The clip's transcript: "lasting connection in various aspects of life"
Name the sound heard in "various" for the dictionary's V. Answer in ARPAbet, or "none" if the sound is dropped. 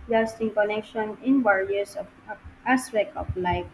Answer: W